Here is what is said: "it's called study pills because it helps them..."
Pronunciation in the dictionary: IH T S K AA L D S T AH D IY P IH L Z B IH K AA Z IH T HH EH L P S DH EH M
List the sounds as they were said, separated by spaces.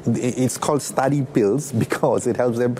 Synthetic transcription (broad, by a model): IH T S K AA L D S T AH D IY P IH L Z B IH K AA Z IH T HH EH L P S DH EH M